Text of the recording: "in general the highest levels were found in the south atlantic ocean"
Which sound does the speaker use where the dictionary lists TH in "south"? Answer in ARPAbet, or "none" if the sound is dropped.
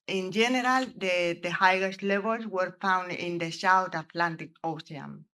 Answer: T